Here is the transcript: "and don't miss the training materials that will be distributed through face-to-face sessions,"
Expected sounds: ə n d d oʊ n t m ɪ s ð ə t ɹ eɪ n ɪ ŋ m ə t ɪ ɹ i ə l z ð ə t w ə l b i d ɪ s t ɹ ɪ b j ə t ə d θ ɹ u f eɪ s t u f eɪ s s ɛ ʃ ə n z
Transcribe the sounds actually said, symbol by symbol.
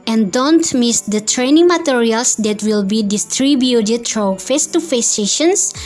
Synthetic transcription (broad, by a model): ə n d d oʊ n t m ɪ s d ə t ɹ eɪ n ɪ ŋ m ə t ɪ ɹ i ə l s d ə t w ə l b i d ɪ s t ɹ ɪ b j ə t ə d f ɹ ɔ f eɪ s t u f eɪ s s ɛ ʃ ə n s